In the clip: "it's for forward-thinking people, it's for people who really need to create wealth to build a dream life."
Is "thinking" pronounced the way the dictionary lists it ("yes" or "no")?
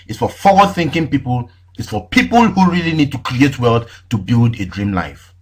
yes